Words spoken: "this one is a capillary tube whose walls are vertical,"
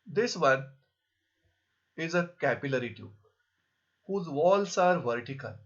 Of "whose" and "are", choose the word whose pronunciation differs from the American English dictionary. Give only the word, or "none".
none